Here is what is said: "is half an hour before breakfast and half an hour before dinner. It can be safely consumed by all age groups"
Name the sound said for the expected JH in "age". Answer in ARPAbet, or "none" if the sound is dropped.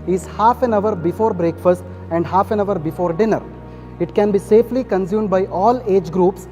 JH